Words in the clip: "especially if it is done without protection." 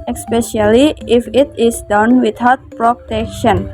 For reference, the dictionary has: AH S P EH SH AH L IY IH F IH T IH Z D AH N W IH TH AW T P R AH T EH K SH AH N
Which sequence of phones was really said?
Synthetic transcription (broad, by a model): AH S P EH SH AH L IY IH F IH T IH S D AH N W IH T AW T P R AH T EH K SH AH N